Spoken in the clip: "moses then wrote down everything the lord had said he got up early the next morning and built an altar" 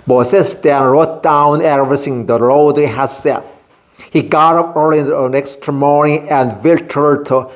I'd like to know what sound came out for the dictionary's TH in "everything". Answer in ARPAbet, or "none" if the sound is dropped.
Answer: S